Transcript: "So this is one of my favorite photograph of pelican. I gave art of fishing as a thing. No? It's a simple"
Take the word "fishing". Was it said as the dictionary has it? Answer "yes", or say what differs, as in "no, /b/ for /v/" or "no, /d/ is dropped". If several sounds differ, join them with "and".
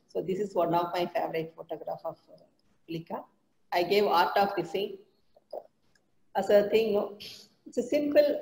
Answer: no, /s/ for /ʃ/